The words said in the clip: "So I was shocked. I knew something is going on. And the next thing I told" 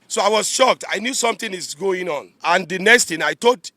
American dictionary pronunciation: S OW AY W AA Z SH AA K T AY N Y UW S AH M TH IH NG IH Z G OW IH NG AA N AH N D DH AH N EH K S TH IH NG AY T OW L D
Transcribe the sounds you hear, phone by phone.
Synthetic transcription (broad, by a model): S OW AY W AA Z SH AA K T AY N Y UW S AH M T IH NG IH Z G OW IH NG AA N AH N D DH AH N EH K S T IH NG AY T OW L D